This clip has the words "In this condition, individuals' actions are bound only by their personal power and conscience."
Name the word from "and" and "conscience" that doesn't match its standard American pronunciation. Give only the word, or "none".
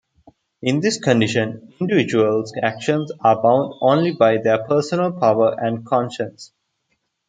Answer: none